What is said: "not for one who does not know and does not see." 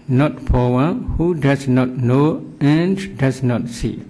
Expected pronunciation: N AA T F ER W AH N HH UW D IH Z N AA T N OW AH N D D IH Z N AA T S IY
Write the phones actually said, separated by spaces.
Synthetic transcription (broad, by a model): N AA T P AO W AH HH UW D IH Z N AA T N OW AH N D D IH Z N AA T S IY